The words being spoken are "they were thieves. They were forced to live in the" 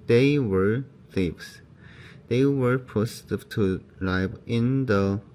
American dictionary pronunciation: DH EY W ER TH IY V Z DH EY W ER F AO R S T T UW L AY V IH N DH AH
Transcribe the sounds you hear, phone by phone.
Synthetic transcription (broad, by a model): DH EY W ER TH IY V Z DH EY W ER P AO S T T UW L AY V IH N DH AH